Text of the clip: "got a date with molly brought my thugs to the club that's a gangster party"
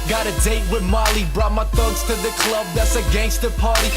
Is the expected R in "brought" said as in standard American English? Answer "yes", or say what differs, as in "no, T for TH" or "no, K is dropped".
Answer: yes